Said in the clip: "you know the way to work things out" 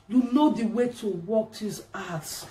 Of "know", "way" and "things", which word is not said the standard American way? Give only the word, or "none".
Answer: things